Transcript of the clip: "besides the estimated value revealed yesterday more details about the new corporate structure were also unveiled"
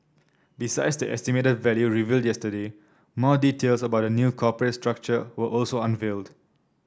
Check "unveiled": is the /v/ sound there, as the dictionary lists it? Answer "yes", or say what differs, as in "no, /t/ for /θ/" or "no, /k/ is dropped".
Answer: yes